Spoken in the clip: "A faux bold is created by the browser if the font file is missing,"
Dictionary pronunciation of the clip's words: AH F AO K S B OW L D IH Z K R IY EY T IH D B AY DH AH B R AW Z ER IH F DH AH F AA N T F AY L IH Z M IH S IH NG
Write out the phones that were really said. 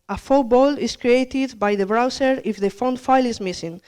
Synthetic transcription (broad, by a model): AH F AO B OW L IH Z K R IY EY T IH D B AY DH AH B R AW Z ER IH F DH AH F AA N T F AY L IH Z M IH S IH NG